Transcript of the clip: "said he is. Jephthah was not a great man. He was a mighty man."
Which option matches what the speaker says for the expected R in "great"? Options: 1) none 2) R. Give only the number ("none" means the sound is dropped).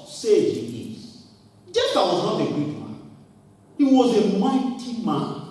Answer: 1